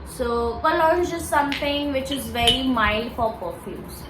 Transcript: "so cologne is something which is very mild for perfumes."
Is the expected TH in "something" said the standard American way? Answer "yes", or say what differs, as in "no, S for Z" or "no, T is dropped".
no, T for TH